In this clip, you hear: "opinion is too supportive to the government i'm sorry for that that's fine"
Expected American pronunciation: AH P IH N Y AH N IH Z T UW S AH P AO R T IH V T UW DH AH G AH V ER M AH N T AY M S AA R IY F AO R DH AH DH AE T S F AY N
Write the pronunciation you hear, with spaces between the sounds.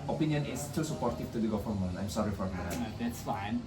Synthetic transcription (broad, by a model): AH P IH N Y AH N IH S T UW S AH P AO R T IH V T UW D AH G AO F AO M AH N AY M S AA R IY F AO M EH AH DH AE T S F AY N